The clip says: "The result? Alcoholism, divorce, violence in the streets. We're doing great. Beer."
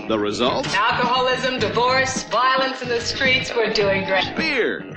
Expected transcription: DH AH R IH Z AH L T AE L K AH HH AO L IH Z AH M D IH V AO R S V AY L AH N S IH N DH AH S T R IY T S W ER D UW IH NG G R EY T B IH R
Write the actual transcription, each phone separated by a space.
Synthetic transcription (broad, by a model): DH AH R IH Z AH L T AE L K AH HH AO L IH Z AH M D IH V AO R S V AY L AH N S IH N DH AH S T R IY T S W ER D UW IH NG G R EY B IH R